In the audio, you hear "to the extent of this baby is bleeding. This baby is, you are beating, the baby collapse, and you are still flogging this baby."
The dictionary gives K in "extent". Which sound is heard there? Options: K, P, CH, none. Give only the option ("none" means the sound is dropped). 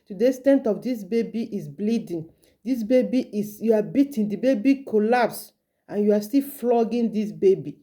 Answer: none